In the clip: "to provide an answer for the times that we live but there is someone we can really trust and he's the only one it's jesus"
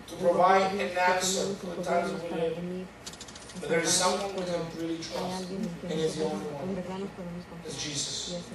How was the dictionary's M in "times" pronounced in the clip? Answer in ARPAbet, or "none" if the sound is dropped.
none